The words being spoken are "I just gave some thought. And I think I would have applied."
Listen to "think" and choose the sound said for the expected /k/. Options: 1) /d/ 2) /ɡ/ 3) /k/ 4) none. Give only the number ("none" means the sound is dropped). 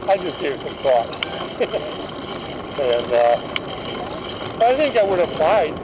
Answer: 3